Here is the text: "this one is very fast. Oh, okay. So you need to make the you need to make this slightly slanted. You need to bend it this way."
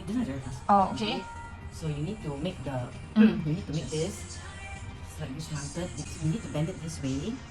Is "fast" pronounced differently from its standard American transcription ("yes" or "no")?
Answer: yes